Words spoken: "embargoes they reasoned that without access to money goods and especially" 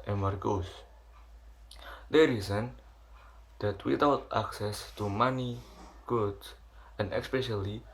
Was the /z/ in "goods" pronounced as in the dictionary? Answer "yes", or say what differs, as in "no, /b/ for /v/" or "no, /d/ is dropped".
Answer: no, /z/ is dropped